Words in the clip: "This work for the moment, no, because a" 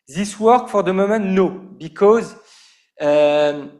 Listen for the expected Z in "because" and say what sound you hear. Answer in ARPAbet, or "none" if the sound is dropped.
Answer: Z